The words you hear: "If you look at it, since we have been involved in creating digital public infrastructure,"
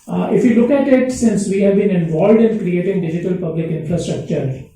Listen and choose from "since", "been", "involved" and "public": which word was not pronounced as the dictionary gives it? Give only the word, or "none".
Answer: none